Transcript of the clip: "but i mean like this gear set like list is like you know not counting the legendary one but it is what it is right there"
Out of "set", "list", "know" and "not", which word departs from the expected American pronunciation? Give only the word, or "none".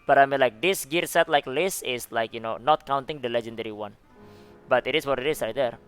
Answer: list